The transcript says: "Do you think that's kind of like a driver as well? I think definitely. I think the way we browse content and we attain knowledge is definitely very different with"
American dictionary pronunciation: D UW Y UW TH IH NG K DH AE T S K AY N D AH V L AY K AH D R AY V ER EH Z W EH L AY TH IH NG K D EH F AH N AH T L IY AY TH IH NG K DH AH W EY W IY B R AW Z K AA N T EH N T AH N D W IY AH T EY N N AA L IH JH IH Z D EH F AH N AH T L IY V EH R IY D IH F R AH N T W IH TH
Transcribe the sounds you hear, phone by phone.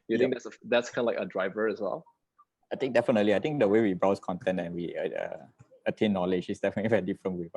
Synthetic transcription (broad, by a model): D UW Y UW T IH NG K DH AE T S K AY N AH L AY K AH D R AY V ER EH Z W EH L AY T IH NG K D EH F AH N AH T L IY AY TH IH NG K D AH W EY W IY B R AW S K AA N T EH N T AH N W IY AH T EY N N AA L IH JH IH S D EH F AH N AH T L IY V EH R IY D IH F R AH N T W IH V